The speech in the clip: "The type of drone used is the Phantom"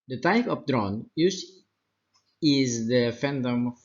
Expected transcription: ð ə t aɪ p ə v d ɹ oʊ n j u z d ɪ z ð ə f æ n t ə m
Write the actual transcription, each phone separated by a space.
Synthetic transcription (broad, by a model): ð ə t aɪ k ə p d ɹ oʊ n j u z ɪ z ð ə f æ n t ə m